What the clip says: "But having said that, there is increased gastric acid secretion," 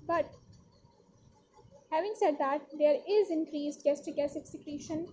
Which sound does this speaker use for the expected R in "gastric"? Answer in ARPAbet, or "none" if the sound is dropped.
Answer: none